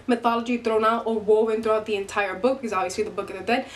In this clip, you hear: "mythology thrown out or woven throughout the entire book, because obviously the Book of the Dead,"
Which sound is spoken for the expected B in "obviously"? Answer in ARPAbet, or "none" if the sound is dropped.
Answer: none